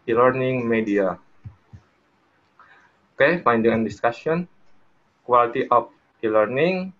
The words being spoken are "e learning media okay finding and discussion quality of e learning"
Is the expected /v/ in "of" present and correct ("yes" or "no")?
no